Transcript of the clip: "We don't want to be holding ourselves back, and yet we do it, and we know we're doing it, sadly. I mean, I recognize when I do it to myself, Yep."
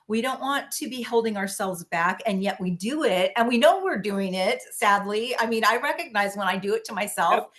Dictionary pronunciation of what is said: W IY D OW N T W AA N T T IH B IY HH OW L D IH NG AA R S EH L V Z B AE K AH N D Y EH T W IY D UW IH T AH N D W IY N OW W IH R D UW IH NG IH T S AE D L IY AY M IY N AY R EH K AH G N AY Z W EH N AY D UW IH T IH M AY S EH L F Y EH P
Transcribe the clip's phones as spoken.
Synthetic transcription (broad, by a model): W IY D OW N T W AA N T T IH B IY HH OW L D IH NG AA R S EH L V Z B AE K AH N Y EH T W IY D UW IH T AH N W IY N OW W IH R D UW IH NG IH T S AE D L IY AY M IY N AY R EH K AH G N AY Z W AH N AY D IH T IH M AY S EH L F